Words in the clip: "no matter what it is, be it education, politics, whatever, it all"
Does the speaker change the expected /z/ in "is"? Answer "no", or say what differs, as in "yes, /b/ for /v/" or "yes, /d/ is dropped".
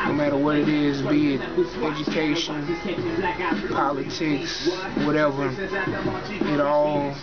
no